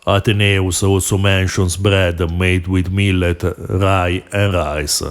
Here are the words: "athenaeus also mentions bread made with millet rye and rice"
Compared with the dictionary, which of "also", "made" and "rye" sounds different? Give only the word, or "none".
also